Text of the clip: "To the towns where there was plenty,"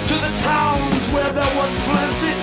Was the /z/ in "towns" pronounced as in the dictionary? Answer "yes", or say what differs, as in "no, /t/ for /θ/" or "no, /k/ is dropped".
yes